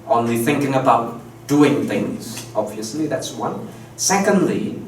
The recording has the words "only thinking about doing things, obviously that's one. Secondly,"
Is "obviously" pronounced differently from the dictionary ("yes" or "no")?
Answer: no